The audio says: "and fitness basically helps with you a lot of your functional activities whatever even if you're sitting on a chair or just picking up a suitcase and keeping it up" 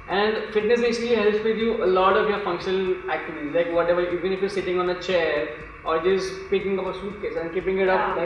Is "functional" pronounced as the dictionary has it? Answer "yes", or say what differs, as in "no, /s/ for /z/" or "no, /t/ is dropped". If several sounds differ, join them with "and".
yes